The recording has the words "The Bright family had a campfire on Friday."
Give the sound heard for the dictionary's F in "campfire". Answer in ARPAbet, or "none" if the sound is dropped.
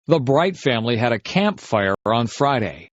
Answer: F